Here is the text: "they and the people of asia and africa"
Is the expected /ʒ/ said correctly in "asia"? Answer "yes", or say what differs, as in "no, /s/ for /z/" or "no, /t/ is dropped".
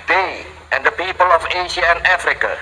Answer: no, /ʃ/ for /ʒ/